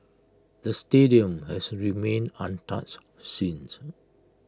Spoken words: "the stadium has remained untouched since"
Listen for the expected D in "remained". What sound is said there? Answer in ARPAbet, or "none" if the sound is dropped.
none